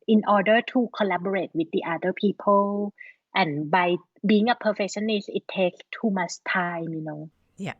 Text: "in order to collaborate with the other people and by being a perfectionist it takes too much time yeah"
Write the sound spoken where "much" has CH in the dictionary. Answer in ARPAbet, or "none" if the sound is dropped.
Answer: S